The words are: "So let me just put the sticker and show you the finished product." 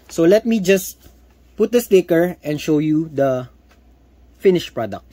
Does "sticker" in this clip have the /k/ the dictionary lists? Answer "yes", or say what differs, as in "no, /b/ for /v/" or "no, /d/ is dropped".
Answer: yes